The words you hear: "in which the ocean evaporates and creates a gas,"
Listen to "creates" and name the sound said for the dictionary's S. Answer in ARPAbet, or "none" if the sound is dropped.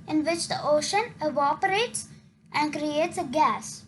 S